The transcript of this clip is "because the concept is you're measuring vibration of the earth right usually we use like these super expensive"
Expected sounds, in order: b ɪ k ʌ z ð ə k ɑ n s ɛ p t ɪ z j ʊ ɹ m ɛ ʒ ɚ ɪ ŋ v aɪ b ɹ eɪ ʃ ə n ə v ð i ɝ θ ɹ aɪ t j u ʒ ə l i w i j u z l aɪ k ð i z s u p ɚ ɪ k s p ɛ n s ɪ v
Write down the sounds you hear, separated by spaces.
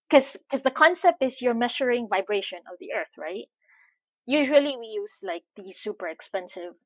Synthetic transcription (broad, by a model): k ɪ k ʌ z ð ə k ɑ n s ɛ p t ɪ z j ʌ ɹ m ɛ ʃ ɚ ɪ ŋ v aɪ b ɹ eɪ ʃ ə n ə v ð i ɝ θ ɹ aɪ t j u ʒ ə l i w i j u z l aɪ k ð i s u p ɚ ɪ k s p ɛ n s ɪ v